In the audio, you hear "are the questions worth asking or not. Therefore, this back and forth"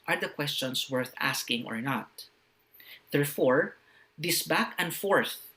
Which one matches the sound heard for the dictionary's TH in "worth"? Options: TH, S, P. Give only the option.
TH